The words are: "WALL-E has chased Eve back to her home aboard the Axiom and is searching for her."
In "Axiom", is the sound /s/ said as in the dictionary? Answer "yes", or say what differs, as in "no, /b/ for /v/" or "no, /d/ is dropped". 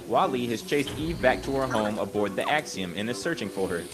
yes